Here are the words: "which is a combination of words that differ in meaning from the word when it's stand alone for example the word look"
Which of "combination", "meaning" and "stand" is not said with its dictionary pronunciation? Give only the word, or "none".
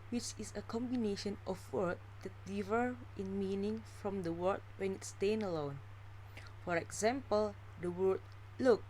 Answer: stand